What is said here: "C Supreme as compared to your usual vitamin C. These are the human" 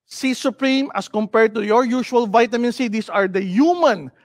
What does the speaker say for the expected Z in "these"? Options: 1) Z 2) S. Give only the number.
2